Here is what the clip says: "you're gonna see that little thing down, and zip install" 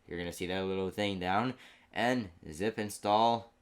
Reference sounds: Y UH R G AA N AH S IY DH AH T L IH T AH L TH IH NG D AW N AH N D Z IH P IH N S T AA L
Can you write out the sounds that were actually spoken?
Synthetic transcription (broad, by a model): Y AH R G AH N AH S IY DH AH T L IH T L TH IH NG D AW N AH N Z IH P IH N S T AA L